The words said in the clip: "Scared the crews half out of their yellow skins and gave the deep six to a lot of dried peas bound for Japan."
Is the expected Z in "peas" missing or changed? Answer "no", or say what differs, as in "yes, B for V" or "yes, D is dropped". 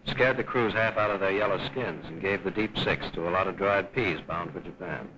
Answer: no